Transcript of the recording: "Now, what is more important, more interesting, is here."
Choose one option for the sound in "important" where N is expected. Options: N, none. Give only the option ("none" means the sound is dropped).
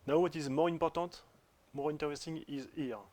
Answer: none